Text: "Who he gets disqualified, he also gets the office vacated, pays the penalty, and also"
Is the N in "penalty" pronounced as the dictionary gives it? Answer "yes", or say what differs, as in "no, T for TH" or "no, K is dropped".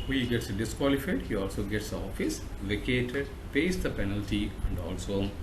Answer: yes